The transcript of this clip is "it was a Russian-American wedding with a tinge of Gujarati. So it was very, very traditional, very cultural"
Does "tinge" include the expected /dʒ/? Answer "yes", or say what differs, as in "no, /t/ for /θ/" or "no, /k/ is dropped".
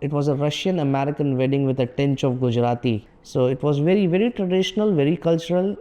no, /tʃ/ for /dʒ/